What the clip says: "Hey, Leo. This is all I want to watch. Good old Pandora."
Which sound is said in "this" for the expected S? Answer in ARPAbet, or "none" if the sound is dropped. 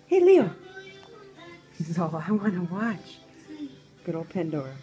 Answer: none